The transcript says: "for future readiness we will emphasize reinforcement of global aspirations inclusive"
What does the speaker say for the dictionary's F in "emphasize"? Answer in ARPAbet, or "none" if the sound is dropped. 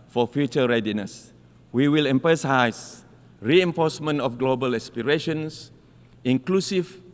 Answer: P